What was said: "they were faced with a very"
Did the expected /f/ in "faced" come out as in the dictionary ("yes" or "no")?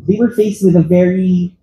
yes